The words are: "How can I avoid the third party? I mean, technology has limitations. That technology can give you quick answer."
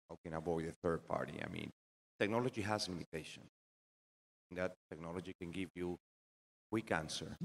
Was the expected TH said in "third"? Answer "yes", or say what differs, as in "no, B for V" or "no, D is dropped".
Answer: yes